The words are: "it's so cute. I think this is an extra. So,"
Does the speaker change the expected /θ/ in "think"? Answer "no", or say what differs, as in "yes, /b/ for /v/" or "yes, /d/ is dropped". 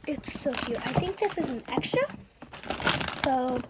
no